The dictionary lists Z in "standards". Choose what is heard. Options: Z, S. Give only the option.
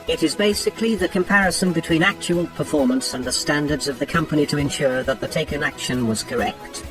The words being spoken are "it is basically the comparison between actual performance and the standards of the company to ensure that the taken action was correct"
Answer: Z